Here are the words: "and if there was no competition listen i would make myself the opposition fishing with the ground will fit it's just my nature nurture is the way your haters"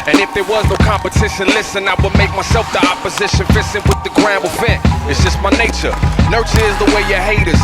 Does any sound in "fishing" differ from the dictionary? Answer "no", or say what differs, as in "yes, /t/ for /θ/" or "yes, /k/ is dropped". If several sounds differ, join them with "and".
yes, /s/ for /ʃ/